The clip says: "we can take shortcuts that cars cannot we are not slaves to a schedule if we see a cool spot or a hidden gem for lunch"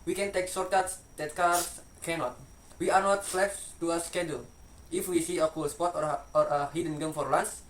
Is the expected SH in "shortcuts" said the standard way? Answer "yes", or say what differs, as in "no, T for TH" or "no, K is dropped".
no, S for SH